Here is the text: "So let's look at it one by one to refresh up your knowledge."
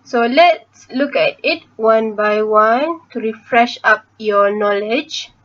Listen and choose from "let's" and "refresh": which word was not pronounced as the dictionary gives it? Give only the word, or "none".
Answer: none